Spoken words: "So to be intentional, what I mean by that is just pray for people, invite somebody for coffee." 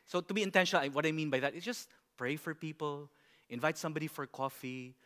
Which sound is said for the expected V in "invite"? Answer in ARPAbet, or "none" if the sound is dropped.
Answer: V